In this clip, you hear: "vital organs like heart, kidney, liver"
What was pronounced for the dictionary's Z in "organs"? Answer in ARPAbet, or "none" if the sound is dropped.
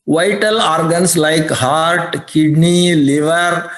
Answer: S